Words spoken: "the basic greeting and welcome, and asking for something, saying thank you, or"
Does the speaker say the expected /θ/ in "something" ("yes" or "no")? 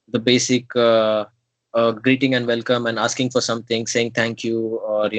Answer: no